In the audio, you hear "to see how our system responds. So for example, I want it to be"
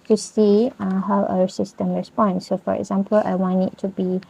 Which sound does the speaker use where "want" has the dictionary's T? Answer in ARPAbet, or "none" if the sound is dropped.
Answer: none